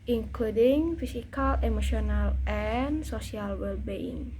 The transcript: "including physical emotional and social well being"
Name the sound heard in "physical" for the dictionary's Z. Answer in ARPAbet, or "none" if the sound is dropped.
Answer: S